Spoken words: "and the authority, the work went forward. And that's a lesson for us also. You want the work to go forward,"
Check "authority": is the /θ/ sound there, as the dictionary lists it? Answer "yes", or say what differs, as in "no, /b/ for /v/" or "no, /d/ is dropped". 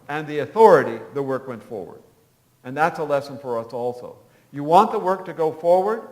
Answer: yes